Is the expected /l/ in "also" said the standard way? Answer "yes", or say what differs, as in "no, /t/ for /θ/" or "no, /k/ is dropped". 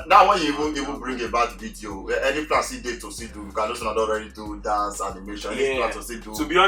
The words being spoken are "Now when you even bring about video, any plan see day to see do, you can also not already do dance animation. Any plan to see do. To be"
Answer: no, /l/ is dropped